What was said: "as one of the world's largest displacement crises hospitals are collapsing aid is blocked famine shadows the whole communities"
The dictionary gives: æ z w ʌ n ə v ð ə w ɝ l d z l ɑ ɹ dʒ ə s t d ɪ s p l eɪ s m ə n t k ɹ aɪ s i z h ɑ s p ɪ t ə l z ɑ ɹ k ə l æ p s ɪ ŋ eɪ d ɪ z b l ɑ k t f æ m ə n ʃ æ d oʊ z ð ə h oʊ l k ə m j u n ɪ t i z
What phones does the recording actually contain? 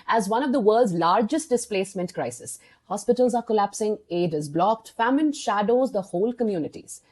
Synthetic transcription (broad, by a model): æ z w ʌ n ə v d ə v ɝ l d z l ɑ ɹ dʒ ə s t d ɪ s p l eɪ s m ə n t k ɹ aɪ s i s h ɑ s p ɪ t ə l z ɑ ɹ k ə l æ p s ɪ ŋ eɪ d ɪ z b l ɑ k t f æ m ə n ʃ æ d oʊ z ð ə h oʊ l k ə m j u n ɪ t i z